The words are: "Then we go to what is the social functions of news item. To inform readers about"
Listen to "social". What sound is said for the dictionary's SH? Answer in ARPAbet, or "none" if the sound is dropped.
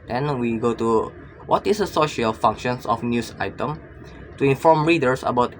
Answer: SH